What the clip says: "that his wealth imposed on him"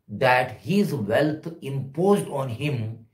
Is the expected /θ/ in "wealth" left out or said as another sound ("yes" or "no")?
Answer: yes